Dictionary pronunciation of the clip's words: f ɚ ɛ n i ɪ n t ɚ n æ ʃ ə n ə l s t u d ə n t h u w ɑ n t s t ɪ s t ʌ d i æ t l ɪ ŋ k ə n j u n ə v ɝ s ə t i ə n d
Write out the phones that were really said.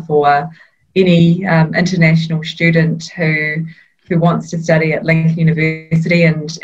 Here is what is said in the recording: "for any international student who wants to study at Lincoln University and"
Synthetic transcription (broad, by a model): f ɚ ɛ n i ɪ n t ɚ n æ ʃ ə n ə l s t u d n t h u w ɑ n t s t ɪ s t ʌ d i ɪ t l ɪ ŋ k j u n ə v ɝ s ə t i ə n